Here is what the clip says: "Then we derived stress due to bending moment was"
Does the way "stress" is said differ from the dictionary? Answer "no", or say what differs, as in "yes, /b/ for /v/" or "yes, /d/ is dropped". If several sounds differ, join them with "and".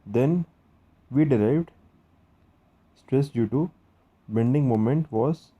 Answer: no